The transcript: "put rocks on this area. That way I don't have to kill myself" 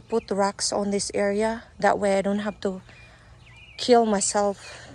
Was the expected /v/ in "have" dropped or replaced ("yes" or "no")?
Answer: yes